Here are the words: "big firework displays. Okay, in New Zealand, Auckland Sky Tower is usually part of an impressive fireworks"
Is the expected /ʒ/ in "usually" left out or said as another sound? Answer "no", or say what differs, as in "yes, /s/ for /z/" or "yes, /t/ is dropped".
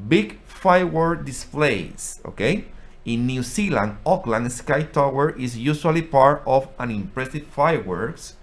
yes, /s/ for /ʒ/